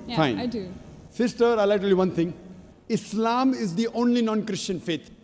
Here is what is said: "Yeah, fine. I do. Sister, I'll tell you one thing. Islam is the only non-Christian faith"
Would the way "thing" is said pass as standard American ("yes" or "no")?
no